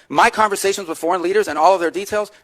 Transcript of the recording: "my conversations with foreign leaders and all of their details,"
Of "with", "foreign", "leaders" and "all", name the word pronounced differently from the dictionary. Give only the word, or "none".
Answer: none